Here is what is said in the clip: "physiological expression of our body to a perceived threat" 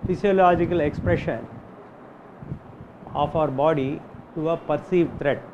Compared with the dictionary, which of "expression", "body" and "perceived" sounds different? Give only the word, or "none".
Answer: none